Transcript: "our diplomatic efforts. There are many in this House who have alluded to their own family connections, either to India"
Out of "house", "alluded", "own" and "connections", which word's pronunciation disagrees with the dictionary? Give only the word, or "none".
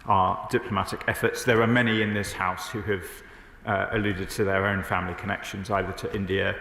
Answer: none